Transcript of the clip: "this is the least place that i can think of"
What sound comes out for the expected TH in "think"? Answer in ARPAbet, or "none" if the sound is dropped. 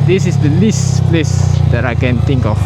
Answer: T